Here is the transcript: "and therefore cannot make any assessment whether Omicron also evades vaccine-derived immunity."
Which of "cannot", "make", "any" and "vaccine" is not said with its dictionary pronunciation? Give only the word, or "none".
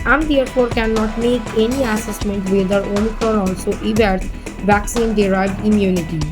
none